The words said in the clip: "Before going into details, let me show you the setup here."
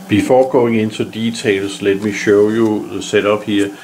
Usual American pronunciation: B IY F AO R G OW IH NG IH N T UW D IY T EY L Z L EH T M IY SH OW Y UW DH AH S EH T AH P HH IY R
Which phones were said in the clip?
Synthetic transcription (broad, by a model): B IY F AO G OW IH NG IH N S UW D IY S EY L S L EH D M IY SH OW Y UW S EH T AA B HH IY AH